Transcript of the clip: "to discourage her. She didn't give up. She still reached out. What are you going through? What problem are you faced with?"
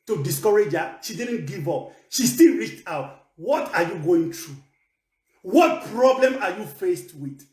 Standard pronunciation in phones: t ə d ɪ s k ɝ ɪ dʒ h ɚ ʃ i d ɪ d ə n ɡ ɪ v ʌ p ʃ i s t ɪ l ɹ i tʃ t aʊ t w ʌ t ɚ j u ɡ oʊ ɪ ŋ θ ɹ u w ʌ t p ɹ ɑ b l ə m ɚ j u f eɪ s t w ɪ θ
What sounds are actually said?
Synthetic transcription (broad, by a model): t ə d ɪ s k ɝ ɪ dʒ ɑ ʃ i d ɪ d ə n ɡ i v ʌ p ʃ i s t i l ɹ i tʃ t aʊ t w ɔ t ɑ j u ɡ oʊ ɪ ŋ t ɹ u w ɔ t p ɹ ɑ b l ə m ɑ j u f eɪ s t w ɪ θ